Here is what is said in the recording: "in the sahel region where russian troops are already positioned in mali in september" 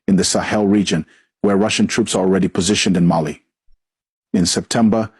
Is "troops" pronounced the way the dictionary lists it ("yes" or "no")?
yes